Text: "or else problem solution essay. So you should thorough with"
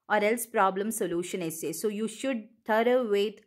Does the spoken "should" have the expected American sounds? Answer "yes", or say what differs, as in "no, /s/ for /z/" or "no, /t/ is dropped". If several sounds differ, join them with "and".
yes